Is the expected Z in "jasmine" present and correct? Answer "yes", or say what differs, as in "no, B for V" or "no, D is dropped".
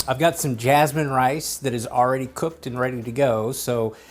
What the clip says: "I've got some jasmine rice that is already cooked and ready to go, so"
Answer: yes